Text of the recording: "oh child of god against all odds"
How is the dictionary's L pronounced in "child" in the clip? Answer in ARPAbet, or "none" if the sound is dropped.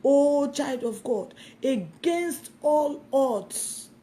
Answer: L